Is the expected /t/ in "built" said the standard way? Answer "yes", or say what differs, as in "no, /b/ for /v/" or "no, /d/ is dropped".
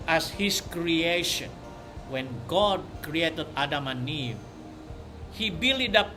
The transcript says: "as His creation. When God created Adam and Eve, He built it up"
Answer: no, /t/ is dropped